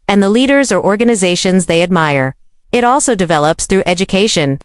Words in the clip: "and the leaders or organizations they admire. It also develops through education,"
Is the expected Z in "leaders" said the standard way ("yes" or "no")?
yes